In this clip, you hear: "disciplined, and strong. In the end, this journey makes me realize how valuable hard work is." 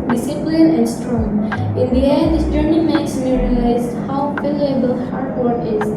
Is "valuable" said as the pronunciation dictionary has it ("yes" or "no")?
no